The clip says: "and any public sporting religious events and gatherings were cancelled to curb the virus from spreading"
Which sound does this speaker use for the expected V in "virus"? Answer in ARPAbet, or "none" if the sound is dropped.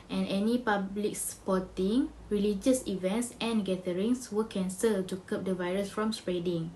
V